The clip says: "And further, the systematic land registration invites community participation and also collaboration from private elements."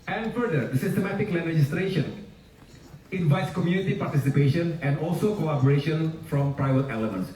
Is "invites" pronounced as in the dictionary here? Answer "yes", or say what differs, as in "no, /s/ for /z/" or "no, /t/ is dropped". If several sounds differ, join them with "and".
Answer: yes